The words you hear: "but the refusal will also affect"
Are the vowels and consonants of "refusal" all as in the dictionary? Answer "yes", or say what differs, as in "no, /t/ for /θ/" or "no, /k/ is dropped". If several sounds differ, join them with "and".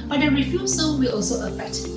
no, /s/ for /z/ and /n/ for /l/